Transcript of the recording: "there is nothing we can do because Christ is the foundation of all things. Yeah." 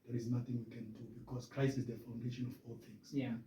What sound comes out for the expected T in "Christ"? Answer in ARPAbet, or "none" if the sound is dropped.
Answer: none